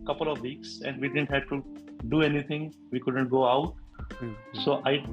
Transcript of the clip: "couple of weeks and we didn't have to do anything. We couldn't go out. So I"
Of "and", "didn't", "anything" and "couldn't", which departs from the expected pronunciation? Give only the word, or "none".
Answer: anything